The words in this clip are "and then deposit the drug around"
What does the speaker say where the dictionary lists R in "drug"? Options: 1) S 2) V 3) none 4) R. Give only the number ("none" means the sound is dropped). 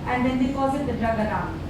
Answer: 4